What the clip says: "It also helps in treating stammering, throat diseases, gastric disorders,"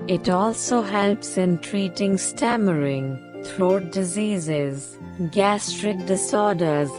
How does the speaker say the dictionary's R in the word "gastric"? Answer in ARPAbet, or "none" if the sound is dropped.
R